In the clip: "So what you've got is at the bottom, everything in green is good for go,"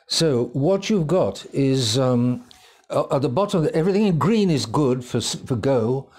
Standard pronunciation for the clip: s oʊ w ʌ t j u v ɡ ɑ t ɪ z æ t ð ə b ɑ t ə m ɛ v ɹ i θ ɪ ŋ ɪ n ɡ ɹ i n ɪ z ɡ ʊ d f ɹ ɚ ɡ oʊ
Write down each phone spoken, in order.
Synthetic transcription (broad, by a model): s oʊ w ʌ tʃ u v ɡ ɑ t ɪ z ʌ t ð ə b ɑ t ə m ɛ v ɹ i θ ɪ ŋ ɪ n ɡ ɹ i n ɪ z ɡ ʊ d f ɹ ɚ ɡ oʊ